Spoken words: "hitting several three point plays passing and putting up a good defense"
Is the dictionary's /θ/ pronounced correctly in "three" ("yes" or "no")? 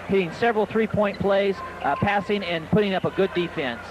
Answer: yes